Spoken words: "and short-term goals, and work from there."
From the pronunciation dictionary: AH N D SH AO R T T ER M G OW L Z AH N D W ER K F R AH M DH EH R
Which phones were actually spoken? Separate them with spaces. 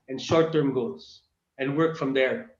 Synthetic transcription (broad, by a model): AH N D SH AO R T T ER M G OW Z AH N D W ER K F R AH M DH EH R